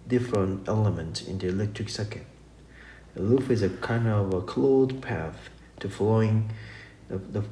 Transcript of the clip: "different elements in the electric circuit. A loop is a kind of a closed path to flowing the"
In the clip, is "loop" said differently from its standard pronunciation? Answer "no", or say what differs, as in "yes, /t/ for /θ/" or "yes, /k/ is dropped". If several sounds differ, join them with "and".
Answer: yes, /f/ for /p/